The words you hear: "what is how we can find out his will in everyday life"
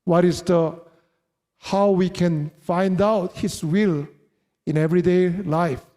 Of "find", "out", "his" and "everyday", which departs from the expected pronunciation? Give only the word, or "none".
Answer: his